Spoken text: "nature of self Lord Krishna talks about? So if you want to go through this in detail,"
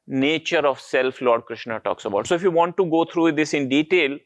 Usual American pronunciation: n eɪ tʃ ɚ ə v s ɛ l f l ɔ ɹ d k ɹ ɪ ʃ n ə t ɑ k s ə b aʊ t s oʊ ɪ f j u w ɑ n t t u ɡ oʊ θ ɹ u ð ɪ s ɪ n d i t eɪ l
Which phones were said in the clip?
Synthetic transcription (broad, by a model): n eɪ tʃ ɚ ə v s ɛ l f l ɔ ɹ d k ɹ ɪ ʃ n ə t ɑ k s ə b aʊ t s oʊ ɪ f j u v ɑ n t t u ɡ oʊ t ɹ u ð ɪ s ɪ n d i t eɪ l